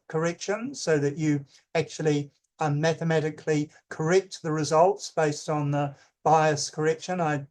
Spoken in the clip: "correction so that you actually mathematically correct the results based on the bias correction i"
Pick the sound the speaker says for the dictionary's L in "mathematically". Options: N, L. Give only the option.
L